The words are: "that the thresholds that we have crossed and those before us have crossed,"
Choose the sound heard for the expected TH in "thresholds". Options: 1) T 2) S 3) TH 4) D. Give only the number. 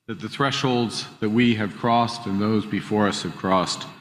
3